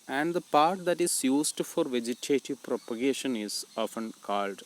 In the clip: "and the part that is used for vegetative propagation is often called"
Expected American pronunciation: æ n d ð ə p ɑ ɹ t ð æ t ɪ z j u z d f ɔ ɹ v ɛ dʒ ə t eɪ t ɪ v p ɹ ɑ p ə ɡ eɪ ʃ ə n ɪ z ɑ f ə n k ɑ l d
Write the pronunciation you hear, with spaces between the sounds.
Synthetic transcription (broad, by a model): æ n d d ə p ɑ ɹ t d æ t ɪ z j u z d f ɔ ɹ v ɛ dʒ ə t eɪ t ɪ v p ɹ ɑ p ə ɡ eɪ ʃ ə n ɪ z ɑ f ə n k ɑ l d